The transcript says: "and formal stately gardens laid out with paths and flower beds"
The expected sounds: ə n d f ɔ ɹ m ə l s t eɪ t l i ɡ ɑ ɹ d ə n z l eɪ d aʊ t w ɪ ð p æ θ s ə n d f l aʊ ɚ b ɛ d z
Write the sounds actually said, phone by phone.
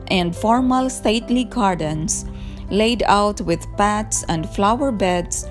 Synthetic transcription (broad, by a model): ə n d f ɔ ɹ m ə l s t eɪ t l i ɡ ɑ ɹ d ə n s l eɪ d aʊ t w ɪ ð p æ t s ə n d f l aʊ ɚ b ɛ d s